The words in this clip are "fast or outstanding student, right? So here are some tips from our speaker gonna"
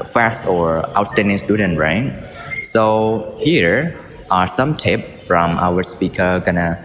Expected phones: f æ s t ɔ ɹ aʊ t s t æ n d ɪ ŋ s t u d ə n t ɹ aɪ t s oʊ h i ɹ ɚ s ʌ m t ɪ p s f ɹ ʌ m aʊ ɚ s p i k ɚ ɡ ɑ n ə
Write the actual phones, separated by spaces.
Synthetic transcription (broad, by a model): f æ s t ɔ ɹ aʊ t s t æ n d ɪ ŋ s t u d ə n t ɹ aɪ t s oʊ h i ɹ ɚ s ʌ m t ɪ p f ɹ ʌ m aʊ ɚ s p i k ɚ ɡ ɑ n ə